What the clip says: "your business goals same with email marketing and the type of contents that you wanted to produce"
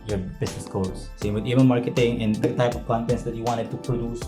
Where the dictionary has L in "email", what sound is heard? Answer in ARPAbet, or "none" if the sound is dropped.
N